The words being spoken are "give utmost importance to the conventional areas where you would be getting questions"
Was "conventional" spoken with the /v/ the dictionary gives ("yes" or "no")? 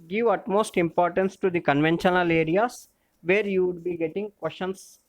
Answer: yes